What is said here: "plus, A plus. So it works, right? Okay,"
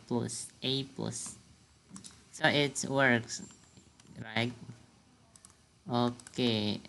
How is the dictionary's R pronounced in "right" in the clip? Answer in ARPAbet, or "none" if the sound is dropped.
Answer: R